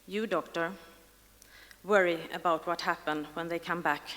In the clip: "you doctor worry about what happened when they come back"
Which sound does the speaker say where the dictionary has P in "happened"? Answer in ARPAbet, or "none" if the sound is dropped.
P